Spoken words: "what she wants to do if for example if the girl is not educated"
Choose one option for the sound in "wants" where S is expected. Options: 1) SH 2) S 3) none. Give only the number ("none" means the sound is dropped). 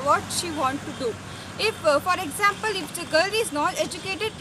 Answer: 3